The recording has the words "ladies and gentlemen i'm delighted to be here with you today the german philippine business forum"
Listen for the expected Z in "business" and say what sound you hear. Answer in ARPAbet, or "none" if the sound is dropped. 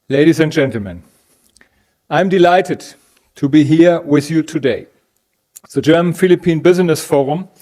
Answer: Z